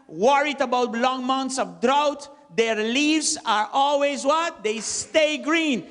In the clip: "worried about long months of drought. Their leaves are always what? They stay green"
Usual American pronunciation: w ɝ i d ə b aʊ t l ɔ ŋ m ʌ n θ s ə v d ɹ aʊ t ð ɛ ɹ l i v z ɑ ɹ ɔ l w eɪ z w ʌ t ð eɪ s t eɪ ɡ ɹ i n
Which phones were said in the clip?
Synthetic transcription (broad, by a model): w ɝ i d ə b aʊ t l ɔ ŋ m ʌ n t s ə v d ɹ aʊ t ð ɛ ɹ l i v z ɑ ɹ ɔ l w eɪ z w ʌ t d eɪ s t eɪ ɡ ɹ i n